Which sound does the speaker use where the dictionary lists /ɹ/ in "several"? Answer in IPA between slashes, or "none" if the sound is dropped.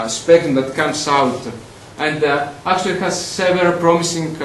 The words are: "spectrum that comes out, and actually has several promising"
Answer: none